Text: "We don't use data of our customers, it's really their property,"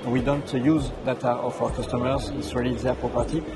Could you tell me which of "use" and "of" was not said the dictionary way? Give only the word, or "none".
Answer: of